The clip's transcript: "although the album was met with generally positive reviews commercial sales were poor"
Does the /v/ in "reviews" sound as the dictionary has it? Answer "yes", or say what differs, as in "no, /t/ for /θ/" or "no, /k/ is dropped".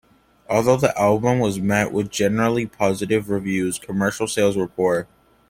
yes